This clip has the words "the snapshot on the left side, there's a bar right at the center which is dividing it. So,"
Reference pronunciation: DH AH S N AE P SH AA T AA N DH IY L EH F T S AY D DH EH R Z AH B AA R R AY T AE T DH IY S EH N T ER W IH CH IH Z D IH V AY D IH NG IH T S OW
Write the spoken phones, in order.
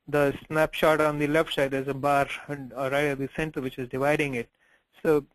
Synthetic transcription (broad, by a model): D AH S N AE P SH AA T AA N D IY L EH F T S AY D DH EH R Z AH B AA R R AY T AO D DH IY S EH N T ER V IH CH IH Z D IH V AY D IH NG IH T S OW